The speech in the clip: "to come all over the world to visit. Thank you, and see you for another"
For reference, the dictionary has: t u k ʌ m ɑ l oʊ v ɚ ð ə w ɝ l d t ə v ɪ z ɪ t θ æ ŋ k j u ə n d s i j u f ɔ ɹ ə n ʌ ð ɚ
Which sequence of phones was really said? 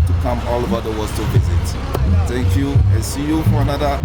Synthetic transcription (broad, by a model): t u k ʌ m ɑ l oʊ b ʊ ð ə w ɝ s t ə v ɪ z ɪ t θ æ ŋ k j u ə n s i j u f ɔ ɹ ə n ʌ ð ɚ